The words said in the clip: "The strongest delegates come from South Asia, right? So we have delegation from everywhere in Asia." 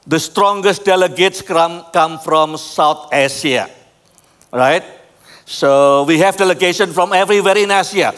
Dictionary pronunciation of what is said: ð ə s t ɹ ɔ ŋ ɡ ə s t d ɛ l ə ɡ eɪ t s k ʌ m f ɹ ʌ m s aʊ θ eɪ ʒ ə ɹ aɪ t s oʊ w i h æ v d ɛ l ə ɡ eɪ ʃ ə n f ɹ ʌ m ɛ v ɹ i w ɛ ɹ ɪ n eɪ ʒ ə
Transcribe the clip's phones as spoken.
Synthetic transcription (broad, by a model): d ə s t ɹ ɔ ŋ ɡ ə s t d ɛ l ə ɡ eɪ t s k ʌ m f ɹ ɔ m s aʊ t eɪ ʃ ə ɹ aɪ t s oʊ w i h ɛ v d ɛ l ə ɡ eɪ ʃ ə n f ɹ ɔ m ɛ v ɹ i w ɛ ɹ ɪ n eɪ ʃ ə